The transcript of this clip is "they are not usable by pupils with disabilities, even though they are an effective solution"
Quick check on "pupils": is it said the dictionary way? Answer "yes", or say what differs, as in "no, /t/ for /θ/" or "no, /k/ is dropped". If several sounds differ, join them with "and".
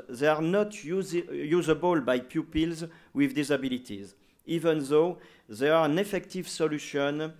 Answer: yes